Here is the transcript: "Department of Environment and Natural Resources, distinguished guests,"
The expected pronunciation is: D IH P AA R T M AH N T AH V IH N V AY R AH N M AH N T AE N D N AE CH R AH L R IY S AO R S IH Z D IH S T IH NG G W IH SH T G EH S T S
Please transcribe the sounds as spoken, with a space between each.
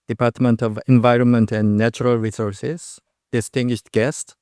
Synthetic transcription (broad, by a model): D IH P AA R T M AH N T AH V IH N V AY R AH N M AH N T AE N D N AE CH R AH L R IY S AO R S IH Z D IH S T IH NG G W IH SH T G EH S T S